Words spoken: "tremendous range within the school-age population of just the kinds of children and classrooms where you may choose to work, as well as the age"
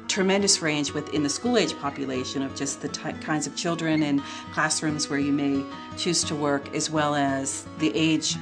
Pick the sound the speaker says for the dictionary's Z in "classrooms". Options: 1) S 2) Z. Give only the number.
2